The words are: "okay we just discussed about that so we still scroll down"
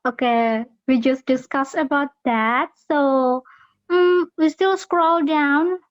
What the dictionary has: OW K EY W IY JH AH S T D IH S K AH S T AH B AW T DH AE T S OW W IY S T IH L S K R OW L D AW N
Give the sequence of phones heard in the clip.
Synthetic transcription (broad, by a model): OW K EY W IY JH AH S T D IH S K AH S AH B AW T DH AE T S OW W IY S T IH L S K R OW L D AW N